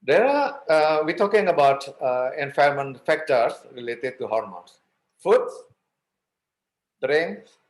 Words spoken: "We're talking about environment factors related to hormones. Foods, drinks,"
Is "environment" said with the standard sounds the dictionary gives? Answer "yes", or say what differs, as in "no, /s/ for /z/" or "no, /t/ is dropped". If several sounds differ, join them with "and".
no, /f/ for /v/